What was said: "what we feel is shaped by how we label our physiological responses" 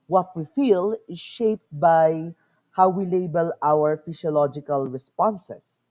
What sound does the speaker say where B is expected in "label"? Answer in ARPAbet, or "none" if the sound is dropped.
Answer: B